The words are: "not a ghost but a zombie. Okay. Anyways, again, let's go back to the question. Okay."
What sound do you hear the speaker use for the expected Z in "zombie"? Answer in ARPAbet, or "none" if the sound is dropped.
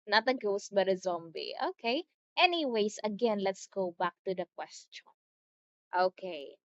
Z